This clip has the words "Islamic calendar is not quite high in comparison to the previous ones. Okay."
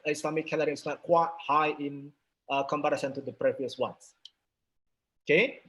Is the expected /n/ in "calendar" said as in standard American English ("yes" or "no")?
no